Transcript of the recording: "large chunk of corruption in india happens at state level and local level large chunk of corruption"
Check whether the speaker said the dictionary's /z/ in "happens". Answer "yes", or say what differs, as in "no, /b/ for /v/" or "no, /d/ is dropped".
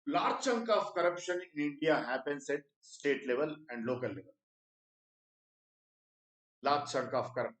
no, /s/ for /z/